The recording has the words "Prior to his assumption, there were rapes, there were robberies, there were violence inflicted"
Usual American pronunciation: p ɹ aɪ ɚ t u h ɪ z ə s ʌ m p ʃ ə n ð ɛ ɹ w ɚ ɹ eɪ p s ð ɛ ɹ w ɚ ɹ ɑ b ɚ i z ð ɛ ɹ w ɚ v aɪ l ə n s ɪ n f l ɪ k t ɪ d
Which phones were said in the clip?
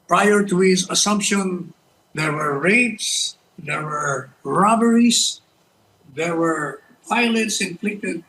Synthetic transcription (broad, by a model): p ɹ aɪ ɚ t u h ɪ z ə s ʌ m p ʃ ə n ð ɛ ɹ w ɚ ɹ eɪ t s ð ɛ ɹ w ɚ ɹ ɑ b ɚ i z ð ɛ ɹ w ɚ p aɪ l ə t s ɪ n f l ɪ k t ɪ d